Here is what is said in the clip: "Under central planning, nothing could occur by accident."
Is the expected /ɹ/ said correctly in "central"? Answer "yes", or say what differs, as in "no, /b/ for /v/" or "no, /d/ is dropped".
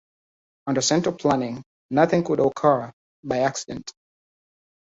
no, /ɹ/ is dropped